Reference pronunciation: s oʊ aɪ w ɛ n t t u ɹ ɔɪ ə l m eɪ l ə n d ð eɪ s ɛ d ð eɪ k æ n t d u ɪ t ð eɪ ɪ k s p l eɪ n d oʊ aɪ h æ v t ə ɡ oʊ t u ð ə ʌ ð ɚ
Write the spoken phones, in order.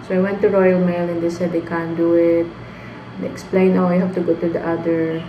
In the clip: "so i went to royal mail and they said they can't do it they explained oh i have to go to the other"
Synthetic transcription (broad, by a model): s oʊ aɪ w ɛ n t t u ɹ ɔɪ ə l m eɪ l ə n d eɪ s ɛ d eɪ k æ n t d u ɪ t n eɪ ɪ k s p l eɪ n oʊ aɪ h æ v t ə ɡ oʊ t u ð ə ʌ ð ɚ